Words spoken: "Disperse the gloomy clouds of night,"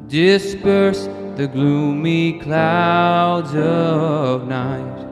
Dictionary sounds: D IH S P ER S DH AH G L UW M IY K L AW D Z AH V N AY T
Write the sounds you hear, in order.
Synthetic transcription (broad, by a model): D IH S P ER S DH AH G L UW M IY K L AW D Z AH V N AY T